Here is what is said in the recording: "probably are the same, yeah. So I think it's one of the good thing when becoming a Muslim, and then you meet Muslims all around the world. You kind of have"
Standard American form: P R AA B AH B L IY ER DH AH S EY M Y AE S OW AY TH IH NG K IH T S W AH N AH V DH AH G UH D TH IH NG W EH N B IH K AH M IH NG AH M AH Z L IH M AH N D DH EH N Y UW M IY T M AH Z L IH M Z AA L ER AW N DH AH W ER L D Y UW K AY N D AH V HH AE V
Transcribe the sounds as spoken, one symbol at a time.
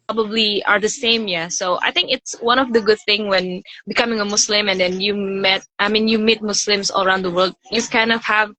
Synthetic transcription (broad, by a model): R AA B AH B L IY ER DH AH S EY M Y AE S OW AY TH IH NG K IH T S W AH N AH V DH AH G UH D TH IH NG W EH N B IH K AH M IH NG AH M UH S L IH M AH N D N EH N Y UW M IY T M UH S L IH M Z AA L ER AW N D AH W ER L D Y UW K AY N D AH V HH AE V